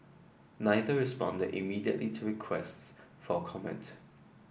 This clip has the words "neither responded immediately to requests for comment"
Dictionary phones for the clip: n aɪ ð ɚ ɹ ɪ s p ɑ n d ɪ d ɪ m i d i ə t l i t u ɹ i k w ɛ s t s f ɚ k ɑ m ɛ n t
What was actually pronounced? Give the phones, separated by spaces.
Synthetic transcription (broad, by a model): n aɪ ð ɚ ɹ ɪ s p ɑ n d ɪ d ɪ m i d i ə t l i t u ɹ i k w ɛ s t s f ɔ k ɑ m ɛ n t